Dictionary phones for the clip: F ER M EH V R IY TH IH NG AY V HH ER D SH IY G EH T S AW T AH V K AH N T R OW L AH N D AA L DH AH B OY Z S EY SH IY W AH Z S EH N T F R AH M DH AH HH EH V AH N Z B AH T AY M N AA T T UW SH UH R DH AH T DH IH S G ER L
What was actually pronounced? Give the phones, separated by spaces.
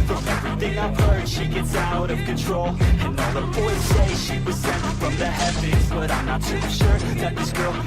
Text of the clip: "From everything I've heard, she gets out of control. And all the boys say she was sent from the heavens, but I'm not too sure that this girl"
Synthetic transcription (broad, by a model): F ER EH V R IY TH IH NG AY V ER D SH IY G EH T S AW T AH V K AH N T R OW L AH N AA L DH AH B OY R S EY SH IY W AH Z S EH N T F R AH M DH AH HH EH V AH Z B AH T AY M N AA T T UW SH UH R DH AH T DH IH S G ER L